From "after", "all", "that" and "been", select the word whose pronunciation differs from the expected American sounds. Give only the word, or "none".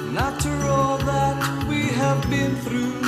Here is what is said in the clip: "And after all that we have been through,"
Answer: after